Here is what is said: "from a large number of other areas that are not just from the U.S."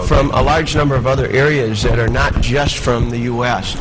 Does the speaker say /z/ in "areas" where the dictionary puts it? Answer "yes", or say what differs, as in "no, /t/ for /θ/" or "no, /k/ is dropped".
yes